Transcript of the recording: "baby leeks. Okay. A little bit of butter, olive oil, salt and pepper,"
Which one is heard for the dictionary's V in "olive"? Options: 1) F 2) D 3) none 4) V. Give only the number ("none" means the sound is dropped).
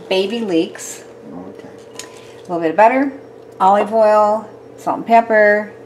4